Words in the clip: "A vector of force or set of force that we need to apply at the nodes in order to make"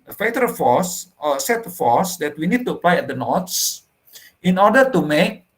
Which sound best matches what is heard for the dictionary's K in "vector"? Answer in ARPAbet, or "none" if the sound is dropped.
none